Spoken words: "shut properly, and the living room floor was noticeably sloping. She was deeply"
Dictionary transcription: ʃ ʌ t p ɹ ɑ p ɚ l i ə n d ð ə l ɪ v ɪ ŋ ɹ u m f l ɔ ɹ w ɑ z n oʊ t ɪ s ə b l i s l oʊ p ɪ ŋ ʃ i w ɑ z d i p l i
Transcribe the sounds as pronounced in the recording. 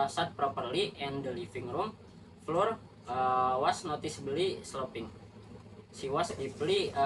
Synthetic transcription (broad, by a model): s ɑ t p ɹ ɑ p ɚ l i ə n d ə l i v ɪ ŋ ɹ u m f l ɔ ɹ w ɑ s n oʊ t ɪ s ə l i s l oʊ p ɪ ŋ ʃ i w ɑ s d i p l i